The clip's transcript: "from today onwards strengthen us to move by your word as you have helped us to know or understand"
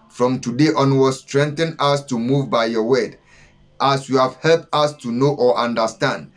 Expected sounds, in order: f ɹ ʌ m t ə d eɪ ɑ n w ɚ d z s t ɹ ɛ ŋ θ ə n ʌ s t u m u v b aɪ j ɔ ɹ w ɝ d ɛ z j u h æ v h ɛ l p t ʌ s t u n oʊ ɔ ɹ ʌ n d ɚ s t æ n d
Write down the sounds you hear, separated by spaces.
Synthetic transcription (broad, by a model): f ɹ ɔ m t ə d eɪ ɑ n w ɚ s t ɹ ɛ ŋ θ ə n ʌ s t u m u v b aɪ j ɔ w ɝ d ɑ s j u h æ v h ɛ l p t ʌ s t u n oʊ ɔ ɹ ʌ n d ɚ s t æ n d